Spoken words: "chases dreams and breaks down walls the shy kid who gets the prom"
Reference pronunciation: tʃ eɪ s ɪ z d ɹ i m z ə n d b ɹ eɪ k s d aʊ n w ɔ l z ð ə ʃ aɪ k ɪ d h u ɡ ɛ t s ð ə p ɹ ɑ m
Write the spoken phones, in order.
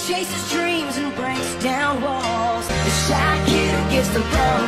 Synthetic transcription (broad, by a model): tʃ eɪ s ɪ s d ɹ i m z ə n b ɹ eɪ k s d aʊ n w ɔ l z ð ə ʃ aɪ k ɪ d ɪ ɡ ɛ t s ð ə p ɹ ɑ